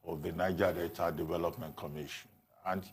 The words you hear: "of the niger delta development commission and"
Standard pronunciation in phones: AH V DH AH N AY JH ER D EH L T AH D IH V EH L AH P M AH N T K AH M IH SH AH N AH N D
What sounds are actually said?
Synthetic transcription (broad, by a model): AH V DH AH N AY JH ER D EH T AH D IH V EH L AH P M AH N T K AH M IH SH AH N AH N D